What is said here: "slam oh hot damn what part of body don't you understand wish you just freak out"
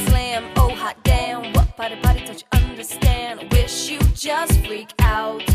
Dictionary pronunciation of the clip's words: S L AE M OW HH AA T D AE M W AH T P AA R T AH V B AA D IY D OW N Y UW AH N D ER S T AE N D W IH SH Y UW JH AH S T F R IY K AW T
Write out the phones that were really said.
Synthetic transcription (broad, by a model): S L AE M OW HH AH T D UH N W AH T B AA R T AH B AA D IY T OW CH AH N D ER S T AE N D W IH SH Y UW JH AH S T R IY K AW T